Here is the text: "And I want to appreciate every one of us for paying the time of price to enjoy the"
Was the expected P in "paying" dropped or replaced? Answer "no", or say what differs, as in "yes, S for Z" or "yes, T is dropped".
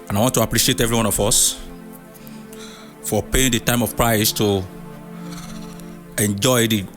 no